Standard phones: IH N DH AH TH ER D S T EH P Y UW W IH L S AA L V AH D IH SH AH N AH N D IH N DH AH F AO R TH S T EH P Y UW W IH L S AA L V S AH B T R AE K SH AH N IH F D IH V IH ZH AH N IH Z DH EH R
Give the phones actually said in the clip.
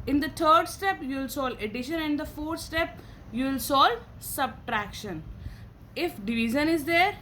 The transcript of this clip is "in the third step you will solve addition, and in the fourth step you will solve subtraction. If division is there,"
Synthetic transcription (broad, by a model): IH N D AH T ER D S T EH P Y UW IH L S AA L AH D IH SH AH N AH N D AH F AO R T S T EH P Y UW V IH L S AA L S AH B T R AE K SH AH N IH F D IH V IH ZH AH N IH Z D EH R